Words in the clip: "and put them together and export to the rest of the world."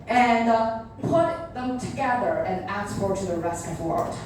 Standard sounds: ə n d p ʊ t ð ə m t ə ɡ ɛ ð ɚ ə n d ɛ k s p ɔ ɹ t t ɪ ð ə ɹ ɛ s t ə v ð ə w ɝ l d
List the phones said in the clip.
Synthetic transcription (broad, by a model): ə n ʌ p ʊ t ð ə m t ə ɡ ɛ ð ɚ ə n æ s f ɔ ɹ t t ɪ ð ə ɹ ɛ s t ə v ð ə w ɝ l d